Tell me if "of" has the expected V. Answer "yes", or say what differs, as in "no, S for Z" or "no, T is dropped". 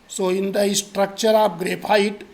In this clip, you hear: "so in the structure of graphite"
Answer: no, P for V